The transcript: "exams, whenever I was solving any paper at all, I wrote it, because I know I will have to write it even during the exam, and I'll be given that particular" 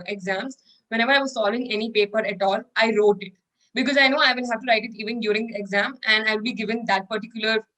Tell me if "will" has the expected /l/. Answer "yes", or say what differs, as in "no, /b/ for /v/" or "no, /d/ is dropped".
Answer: no, /n/ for /l/